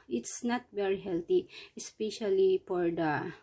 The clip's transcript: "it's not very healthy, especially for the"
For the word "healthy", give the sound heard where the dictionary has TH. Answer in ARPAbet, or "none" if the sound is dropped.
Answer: T